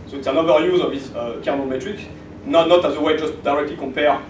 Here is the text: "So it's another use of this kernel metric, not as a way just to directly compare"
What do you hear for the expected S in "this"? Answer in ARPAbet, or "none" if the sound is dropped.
none